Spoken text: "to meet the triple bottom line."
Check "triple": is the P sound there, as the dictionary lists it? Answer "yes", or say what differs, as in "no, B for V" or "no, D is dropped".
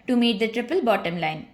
yes